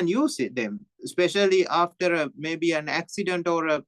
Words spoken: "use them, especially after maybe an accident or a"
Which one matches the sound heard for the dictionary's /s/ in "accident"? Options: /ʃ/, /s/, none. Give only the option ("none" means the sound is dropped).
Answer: /s/